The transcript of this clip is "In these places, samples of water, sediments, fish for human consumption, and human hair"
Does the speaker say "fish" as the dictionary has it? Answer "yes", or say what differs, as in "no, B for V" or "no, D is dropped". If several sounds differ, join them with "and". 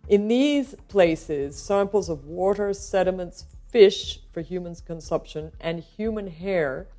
yes